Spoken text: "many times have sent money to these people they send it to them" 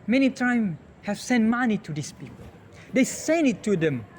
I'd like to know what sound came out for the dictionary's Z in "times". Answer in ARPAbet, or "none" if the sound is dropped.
none